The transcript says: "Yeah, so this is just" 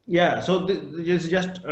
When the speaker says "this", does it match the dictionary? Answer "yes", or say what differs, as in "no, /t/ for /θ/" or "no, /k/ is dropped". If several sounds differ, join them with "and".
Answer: no, /s/ is dropped